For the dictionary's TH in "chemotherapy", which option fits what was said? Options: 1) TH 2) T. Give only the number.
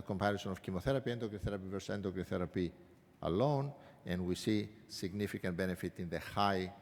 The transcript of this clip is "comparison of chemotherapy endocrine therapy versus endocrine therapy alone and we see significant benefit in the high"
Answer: 1